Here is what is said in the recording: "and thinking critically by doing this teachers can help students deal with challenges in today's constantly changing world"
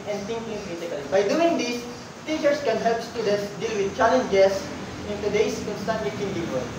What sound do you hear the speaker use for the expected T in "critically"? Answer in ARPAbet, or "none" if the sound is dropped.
S